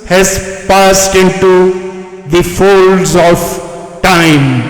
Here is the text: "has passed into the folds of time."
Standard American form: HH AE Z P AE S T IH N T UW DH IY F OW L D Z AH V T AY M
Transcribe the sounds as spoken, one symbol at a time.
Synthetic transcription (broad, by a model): HH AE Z P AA S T IH N T UW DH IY F OW L D Z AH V T AY M